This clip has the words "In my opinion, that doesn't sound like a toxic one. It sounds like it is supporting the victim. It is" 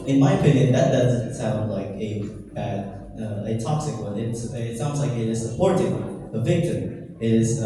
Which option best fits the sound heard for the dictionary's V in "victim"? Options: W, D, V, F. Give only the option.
V